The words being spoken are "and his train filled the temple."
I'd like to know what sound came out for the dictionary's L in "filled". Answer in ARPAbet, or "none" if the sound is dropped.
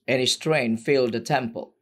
L